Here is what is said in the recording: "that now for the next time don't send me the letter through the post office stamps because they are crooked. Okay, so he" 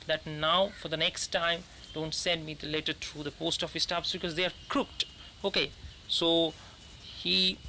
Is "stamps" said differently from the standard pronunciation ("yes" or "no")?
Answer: yes